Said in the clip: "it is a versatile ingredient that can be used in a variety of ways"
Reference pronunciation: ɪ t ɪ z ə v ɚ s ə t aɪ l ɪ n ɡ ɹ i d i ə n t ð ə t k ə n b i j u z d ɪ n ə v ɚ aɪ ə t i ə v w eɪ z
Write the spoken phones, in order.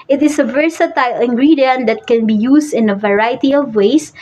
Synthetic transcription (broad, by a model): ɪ t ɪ s ə v ɚ s ə t aɪ l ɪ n ɡ ɹ i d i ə n t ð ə t k ə n b i j u s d ɪ n ə v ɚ aɪ t i ə v w eɪ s